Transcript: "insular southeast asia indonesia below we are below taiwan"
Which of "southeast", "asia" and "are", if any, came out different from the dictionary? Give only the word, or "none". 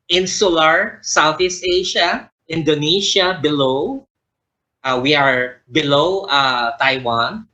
asia